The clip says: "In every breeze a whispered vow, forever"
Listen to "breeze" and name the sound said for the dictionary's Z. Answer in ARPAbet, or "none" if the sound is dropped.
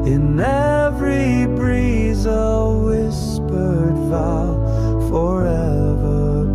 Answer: Z